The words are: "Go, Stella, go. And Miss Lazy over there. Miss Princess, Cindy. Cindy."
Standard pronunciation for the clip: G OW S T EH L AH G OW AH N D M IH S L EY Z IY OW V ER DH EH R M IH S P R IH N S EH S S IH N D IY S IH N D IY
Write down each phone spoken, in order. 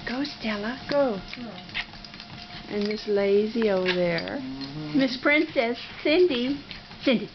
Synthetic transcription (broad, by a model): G OW S T EH L AH G OW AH N M IH S L EY Z IY OW UH DH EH R M IH S P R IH N S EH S S IH N D IY S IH N D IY